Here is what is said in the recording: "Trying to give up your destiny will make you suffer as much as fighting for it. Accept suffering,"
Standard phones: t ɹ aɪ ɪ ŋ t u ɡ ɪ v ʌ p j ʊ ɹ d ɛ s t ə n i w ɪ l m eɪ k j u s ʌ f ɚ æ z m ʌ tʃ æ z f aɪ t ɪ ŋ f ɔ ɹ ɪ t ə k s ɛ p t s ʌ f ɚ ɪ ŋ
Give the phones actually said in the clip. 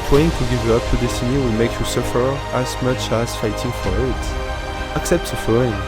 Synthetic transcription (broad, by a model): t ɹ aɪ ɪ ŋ t u ɡ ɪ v ʌ p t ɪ d ɛ s t ə n i w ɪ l m eɪ k j u s ʌ f ɚ æ z m ʌ tʃ æ z f aɪ t ɪ ŋ f ɔ ɹ ɪ t ə k s ɛ p t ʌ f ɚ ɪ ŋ